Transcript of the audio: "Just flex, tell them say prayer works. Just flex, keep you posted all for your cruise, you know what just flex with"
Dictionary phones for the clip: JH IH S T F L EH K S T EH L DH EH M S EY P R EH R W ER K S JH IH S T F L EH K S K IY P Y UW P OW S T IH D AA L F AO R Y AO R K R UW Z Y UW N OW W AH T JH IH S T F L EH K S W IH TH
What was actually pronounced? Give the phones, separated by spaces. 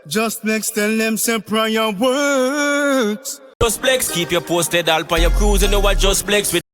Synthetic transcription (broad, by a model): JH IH S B L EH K S T EH L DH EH M S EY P R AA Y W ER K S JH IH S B L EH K S K IY P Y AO P OW S T IH D AA L P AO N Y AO K R UW Z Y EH N OW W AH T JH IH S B L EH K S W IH